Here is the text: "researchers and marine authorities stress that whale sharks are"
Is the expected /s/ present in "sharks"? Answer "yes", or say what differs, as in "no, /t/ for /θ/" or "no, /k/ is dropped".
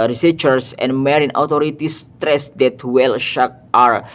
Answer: no, /s/ is dropped